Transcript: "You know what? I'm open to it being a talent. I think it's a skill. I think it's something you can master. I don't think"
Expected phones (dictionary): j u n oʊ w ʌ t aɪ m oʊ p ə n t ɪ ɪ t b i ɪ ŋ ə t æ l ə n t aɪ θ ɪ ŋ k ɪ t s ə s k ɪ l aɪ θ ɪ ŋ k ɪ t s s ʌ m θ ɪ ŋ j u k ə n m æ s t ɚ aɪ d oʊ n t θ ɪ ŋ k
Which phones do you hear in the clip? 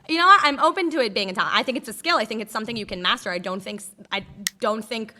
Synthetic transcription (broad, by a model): j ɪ n oʊ w ʌ t aɪ m oʊ p ə n t ɪ ɪ t b i ɪ ŋ ə t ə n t aɪ θ ɪ ŋ k ɪ t s ə s k ɪ l aɪ θ ɪ ŋ k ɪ t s s ʌ m θ ɪ ŋ j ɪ k ə n m æ s t ɚ aɪ d oʊ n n θ ɪ ŋ k